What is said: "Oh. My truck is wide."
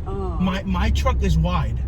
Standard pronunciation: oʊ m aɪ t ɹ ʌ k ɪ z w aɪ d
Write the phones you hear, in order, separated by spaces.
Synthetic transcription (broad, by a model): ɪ m aɪ t ɹ ʌ k ɪ z w aɪ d